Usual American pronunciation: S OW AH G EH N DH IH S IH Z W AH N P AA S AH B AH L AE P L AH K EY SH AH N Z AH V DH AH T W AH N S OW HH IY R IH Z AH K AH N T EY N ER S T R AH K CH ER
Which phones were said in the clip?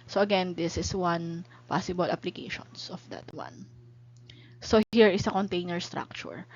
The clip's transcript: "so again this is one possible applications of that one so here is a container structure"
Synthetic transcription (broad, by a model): S OW AH G EH N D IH S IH S W AH N P AA S AH B AH L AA P L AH K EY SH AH N S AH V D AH T W AH N S OW HH IY R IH S AH K AH N T EY N ER S T R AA K CH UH